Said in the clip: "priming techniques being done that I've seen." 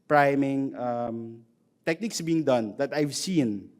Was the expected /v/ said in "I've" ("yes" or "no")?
yes